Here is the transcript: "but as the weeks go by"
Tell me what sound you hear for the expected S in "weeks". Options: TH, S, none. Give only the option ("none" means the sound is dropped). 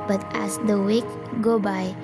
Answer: none